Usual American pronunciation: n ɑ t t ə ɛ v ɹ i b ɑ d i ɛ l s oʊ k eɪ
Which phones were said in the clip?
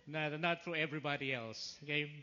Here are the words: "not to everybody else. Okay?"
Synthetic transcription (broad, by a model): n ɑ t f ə ɛ v ɹ i b ɑ d i ɛ l s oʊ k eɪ